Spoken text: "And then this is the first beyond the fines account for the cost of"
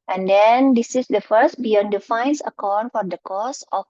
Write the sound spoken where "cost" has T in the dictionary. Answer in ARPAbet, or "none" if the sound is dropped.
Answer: none